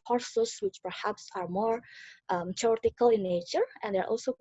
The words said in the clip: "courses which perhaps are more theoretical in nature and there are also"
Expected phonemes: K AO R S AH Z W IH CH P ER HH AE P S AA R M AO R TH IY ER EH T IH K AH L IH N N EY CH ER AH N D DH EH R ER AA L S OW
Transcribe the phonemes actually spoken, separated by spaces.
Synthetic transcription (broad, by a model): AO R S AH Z W IH CH P ER HH AE P S AA R M AO R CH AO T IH K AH L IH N N EY CH ER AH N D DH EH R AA L S OW